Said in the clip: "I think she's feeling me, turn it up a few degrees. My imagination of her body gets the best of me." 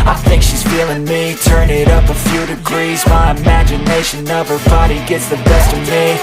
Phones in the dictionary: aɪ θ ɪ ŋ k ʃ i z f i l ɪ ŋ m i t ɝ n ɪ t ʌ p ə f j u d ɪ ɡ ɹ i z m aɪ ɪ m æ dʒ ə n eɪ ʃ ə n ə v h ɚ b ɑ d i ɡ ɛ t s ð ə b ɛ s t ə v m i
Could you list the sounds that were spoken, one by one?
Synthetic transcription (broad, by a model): aɪ θ ɪ ŋ k ʃ i z f i l ɪ ŋ m i t ɝ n ɪ t ʌ p ə f j u d ɪ ɡ ɹ i z m aɪ ɪ m æ dʒ ə n eɪ ʃ ə n ə v ɚ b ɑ d i ɡ ɛ t s ð ə b ɛ s t ə v m i